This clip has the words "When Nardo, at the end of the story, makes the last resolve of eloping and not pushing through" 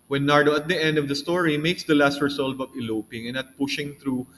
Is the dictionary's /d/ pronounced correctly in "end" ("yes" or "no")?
yes